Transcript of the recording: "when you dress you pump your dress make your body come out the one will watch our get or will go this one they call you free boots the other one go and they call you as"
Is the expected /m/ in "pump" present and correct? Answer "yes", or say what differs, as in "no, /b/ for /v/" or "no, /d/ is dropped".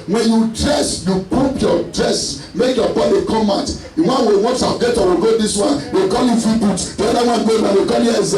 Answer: no, /m/ is dropped